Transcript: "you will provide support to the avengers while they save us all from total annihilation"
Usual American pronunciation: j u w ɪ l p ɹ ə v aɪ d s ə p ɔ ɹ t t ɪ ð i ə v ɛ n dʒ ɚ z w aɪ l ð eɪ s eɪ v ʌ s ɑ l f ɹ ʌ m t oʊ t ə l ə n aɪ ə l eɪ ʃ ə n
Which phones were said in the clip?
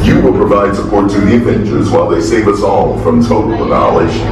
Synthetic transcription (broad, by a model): j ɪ w ɪ l p ɹ ə v aɪ d s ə p ɔ ɹ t t ɪ ð i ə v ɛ n tʃ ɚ z w aɪ l ð eɪ s eɪ v ʌ s ɑ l f ɹ ʌ m t oʊ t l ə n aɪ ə l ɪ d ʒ